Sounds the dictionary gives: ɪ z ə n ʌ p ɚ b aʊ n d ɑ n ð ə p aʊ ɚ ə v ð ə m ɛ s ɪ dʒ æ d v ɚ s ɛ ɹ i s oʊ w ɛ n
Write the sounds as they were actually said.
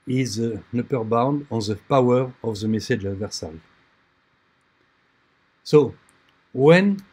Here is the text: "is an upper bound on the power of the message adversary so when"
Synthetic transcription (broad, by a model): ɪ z ə n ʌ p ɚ b aʊ n d ɑ n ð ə p aʊ ɚ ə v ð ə m ɛ s ɪ dʒ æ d v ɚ s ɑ i s oʊ w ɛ n